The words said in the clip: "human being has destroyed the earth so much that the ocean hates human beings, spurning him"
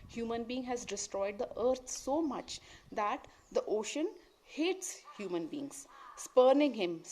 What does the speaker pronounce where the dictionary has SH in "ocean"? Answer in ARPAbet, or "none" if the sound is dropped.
SH